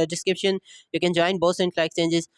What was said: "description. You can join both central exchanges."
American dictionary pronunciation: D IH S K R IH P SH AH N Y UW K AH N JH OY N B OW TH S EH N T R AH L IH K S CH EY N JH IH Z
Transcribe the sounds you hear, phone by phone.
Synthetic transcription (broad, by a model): D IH S K R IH P SH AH N Y UW K AH N JH OY N B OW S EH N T L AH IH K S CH EY N JH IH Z